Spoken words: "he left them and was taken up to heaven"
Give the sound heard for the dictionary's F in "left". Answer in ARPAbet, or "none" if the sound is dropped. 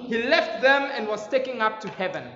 F